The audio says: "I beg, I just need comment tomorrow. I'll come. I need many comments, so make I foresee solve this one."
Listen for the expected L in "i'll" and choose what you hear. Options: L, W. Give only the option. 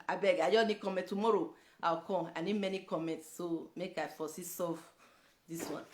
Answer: W